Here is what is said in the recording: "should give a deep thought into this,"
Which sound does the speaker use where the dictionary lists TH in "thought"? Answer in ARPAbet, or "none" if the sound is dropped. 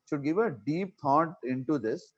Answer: T